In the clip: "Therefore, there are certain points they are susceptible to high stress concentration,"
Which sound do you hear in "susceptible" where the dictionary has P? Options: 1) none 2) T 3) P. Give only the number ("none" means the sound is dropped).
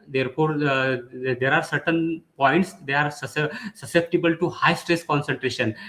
3